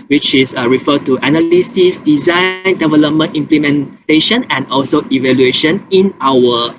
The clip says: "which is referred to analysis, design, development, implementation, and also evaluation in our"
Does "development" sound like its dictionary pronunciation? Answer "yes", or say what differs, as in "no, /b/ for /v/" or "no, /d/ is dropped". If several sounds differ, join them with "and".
yes